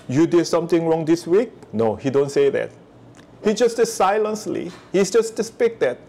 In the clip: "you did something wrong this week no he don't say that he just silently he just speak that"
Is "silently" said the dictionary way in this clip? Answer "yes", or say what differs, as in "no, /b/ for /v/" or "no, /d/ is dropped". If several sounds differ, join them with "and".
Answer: no, /s/ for /t/